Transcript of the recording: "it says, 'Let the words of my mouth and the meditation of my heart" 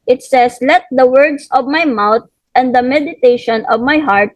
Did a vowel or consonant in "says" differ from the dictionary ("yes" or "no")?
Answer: yes